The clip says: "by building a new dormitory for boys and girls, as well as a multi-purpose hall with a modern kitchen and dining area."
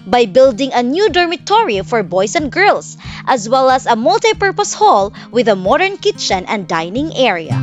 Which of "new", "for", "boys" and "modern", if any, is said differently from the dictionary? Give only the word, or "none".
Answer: boys